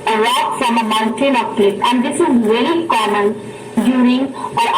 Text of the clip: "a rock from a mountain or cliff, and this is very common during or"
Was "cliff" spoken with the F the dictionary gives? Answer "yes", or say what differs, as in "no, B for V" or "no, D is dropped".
no, P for F